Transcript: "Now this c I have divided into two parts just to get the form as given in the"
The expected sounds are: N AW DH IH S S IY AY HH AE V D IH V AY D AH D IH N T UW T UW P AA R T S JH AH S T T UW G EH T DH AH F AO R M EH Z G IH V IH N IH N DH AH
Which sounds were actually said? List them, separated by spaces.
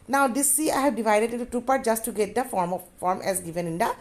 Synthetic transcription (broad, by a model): N AW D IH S S IY AY HH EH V D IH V AY D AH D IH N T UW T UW P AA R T JH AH S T T UW G EH T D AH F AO R M EH Z G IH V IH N IH N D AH